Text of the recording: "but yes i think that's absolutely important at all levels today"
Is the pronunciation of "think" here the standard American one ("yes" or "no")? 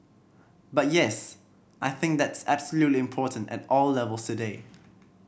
yes